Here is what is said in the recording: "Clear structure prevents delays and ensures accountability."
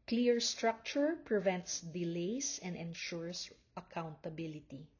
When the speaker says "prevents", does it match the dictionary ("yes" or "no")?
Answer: yes